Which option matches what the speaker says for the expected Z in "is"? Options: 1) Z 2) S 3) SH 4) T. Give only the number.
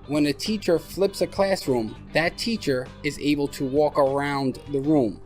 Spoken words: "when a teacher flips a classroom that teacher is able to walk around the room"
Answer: 1